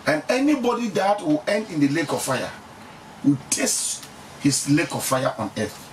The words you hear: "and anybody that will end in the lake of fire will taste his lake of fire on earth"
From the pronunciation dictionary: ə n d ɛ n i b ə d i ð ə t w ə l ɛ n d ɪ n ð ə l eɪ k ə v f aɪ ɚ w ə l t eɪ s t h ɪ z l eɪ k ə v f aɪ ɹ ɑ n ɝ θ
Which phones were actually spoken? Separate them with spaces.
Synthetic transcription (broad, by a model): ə n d ɛ n i b ə d i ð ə t w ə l ɛ n d ɪ n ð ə l eɪ k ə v f aɪ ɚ w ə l t eɪ s t h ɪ s l eɪ k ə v f aɪ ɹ ɑ n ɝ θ